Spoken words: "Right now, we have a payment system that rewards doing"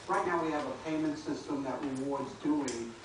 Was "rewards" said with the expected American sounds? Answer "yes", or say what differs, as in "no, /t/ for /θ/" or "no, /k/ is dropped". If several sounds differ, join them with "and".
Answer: yes